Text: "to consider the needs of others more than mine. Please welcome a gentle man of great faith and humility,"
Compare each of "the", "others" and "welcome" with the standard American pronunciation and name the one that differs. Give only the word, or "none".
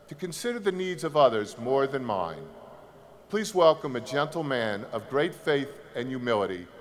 none